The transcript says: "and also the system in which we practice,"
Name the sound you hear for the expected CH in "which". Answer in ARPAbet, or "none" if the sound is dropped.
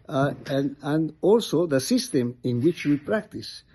CH